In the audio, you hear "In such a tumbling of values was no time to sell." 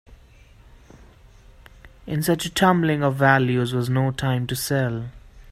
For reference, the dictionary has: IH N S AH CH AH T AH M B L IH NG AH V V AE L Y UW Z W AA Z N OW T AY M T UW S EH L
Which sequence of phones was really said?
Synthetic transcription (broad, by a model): IH N S AH CH AH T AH M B L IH NG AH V V AE L Y UW Z W AA Z N OW T AY M T UW S EH L